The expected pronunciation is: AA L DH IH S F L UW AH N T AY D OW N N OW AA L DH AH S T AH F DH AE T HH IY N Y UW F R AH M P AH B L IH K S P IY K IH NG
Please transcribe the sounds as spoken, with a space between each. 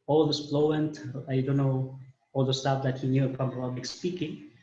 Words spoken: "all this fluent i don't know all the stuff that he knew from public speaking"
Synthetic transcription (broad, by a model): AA L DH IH S P L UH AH N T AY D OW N N OW AA L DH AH S T AH F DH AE T HH IY N Y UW P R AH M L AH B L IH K S P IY K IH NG